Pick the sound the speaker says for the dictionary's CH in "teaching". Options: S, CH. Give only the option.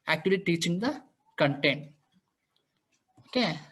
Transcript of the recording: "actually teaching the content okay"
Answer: CH